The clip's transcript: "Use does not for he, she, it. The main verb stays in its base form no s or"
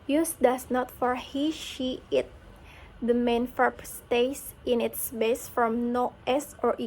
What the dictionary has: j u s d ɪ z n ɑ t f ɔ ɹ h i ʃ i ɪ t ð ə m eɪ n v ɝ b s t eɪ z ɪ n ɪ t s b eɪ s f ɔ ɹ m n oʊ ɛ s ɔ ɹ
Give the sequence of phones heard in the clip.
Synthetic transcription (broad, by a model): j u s d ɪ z n ɑ t f ɔ ɹ h i ʃ i ɪ t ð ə m eɪ n f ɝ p s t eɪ s ɪ n ɪ t s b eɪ s f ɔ m n oʊ ɛ s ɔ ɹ